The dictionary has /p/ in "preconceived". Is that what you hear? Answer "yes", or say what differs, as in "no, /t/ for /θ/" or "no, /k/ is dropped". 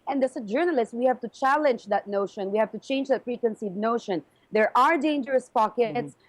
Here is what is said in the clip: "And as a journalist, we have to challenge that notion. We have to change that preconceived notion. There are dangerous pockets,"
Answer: no, /f/ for /p/